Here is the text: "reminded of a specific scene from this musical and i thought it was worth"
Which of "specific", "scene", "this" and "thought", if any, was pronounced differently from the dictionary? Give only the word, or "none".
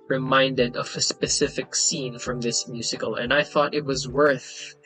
none